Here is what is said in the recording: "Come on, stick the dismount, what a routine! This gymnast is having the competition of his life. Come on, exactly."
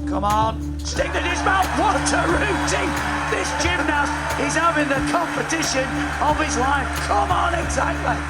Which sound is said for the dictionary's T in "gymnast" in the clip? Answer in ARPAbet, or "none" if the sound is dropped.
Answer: none